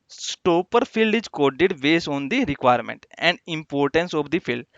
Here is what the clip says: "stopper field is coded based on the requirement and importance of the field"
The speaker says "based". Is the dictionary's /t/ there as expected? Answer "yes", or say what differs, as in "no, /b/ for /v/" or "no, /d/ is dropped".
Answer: no, /t/ is dropped